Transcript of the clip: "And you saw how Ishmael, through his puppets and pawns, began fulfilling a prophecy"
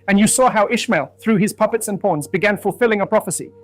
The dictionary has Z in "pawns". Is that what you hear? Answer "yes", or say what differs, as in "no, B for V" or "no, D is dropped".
yes